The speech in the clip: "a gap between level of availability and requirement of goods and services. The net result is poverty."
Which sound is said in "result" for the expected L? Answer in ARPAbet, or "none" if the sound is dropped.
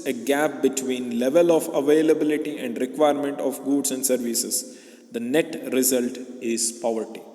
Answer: L